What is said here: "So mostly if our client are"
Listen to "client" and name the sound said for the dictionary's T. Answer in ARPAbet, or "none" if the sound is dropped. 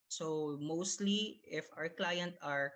T